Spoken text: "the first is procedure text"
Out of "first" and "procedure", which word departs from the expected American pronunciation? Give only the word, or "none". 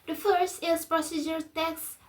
none